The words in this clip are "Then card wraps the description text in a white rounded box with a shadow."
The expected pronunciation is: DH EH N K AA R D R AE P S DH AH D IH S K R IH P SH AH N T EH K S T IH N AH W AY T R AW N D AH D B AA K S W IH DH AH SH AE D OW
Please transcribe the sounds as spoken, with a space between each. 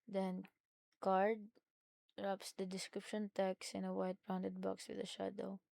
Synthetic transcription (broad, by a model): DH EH N K AA R D R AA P S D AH D IH S K R IH P SH AH N T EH K S IH N AH W AY T R AW N D AH D B AA K S W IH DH AH SH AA D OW